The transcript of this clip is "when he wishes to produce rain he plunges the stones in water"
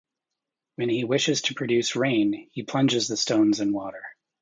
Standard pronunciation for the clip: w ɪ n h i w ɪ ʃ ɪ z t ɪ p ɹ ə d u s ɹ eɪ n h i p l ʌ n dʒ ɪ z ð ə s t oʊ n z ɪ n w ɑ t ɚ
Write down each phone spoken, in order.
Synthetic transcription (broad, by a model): w ɪ n i w ɪ ʃ ɪ z t ɪ p ɹ ə d u s ɹ eɪ n h i p l ʌ n dʒ ɪ z ð ə s t oʊ n z ɪ n w ɑ t ɚ